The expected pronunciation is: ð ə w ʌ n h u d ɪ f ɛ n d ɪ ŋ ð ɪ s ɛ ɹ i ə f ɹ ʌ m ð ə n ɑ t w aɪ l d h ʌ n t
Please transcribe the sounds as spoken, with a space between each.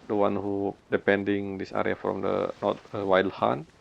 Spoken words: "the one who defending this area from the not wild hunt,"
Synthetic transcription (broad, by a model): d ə w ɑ n h u d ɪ p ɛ n d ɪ ŋ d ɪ s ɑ ɹ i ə f ɹ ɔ m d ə n ɑ t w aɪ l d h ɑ n